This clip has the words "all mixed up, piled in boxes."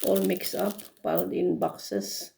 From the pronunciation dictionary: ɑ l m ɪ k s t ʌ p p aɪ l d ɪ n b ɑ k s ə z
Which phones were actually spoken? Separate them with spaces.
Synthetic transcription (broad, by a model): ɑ l m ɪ k s ʌ p b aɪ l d ɪ n b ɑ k s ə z